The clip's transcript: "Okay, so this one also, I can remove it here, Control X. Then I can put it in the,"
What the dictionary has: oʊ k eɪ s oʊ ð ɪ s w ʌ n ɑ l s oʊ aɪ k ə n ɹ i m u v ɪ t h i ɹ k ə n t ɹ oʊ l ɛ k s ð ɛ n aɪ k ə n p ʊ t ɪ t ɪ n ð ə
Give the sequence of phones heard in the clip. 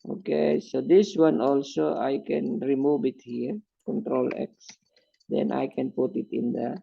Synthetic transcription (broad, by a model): oʊ k eɪ s oʊ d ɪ s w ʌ n ɑ l s oʊ aɪ k ə n ɹ i m u v ɪ t h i ɹ k ə n t ɹ oʊ l ɛ k s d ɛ n aɪ k ə n p ʊ t ɪ t ɪ n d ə